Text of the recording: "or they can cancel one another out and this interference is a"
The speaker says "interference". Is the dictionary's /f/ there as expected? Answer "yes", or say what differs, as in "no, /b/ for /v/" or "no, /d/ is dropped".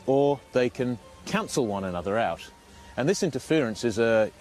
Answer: yes